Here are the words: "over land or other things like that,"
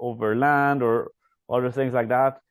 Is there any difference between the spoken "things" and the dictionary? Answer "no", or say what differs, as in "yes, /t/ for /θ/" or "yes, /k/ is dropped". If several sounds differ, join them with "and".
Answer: no